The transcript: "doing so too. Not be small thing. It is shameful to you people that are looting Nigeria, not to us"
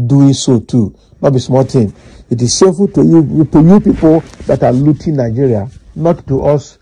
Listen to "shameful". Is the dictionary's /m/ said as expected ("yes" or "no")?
no